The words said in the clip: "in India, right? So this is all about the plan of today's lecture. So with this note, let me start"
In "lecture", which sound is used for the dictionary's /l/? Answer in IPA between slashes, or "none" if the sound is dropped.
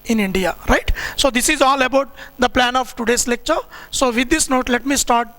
/l/